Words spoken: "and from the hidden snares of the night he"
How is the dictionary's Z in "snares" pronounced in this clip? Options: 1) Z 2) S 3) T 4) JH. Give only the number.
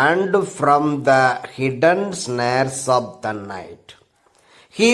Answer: 2